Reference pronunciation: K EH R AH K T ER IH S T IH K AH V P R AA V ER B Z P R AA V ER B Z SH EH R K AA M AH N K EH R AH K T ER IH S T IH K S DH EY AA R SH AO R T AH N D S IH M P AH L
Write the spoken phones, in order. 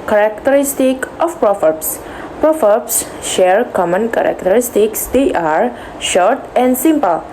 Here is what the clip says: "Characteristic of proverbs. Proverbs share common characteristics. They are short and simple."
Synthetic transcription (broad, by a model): K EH R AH K T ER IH S T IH K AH F P R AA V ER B S P R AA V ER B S SH EH R K AA M AH N K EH R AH K T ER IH S T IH K S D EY AA R SH AO R T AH N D S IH M P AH L